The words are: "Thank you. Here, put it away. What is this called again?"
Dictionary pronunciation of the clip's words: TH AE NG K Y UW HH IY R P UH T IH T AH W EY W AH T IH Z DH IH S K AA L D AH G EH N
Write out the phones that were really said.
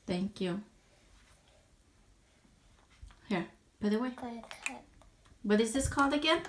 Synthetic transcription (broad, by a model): TH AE NG K Y UW HH IY R B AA IH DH AH W EY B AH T IH Z DH IH S K AA L D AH G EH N